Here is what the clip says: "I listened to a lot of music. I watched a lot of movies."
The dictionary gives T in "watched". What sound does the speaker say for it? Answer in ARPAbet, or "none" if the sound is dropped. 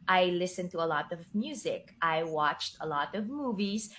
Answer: T